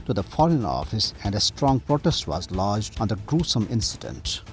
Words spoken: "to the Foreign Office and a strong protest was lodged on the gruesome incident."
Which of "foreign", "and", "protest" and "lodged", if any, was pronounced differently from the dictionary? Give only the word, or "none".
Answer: none